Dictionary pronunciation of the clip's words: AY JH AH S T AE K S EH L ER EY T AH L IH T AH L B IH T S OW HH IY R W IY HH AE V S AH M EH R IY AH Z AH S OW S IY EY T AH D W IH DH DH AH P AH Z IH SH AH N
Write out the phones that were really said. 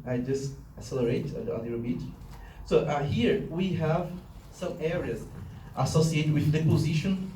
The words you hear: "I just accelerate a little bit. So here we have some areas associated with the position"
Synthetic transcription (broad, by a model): AY JH AH S T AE S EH L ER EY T AH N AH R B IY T S OW HH IY R W IY HH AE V S AH M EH R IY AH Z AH S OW S IY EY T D W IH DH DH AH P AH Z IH SH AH N